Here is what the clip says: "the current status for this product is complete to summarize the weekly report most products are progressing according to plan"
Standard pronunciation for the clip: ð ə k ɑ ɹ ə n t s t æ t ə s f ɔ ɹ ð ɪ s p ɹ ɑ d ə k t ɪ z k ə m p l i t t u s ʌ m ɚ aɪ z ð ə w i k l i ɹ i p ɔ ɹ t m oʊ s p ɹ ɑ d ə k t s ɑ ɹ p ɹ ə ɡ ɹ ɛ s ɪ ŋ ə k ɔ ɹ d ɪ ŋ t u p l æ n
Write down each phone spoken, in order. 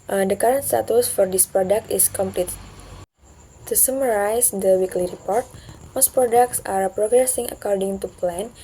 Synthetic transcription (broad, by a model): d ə k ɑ ɹ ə n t s t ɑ t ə s f ɔ ɹ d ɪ s p ɹ ɑ d ə k t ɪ s k ə m p l i t t u s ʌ m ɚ aɪ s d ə w i k l i ɹ i p ɔ ɹ t m oʊ s p ɹ ɑ d ə k t s ɑ ɹ p ɹ ə ɡ ɹ ɛ s ɪ ŋ ə k ɔ ɹ d ɪ ŋ t u p l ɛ n